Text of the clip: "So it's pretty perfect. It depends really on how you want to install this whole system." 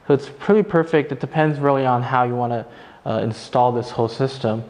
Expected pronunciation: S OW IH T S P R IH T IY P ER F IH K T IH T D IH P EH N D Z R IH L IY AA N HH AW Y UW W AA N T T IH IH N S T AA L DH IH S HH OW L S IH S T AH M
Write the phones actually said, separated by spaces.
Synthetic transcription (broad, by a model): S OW IH T S P R IH T IY P ER F IH K T IH T D IH P EH N D Z R IH L IY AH N HH AW Y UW W AA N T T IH IH N S T AA L DH IH S HH OW L S IH S T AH M